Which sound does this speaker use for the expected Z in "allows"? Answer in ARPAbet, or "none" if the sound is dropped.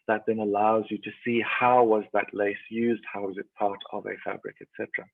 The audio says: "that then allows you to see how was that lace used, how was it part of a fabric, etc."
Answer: Z